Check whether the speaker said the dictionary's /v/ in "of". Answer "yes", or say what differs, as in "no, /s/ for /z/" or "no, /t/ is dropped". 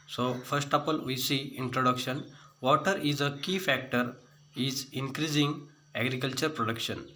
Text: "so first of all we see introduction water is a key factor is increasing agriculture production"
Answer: no, /p/ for /v/